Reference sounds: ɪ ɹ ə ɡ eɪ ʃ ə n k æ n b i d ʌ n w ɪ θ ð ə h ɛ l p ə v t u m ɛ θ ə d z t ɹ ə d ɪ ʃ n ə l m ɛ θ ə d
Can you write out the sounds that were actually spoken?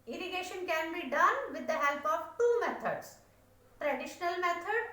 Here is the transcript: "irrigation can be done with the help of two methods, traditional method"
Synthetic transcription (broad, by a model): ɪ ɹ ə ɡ eɪ ʃ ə n k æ n b i d ʌ n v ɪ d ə h ɛ l p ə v t u m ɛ t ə d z t ɹ ə d ɪ ʃ n ə l m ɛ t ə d